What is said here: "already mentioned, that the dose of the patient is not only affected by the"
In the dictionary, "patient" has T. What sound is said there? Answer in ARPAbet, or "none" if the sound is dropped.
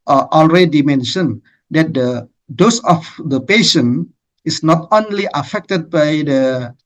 none